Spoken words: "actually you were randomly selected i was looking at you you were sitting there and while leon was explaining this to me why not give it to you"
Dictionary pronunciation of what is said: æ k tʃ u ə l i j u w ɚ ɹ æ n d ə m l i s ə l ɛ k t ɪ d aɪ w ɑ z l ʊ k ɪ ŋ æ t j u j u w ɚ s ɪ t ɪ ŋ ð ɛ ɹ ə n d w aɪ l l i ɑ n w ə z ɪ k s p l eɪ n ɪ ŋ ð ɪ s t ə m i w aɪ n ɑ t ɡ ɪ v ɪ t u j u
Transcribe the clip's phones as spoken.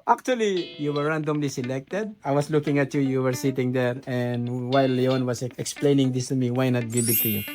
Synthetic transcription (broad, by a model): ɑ k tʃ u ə l i j u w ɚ ɹ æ n d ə m l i s ə l ɛ k t ɪ d aɪ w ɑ s l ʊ k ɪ ŋ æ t j u j u w ɚ s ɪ t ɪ ŋ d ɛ ɹ ə n d w aɪ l l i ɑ n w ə s ɪ k s p l eɪ n ɪ ŋ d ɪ s t ə m i w aɪ n ɑ t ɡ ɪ b ɪ t u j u